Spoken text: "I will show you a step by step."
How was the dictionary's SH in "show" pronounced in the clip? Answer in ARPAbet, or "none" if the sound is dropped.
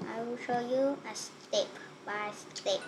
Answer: SH